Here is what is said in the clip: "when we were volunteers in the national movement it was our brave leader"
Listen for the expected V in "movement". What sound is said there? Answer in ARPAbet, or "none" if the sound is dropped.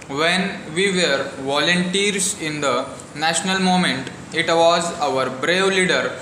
none